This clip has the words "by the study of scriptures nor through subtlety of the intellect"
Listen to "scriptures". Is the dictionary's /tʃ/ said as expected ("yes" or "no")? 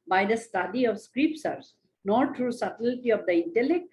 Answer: no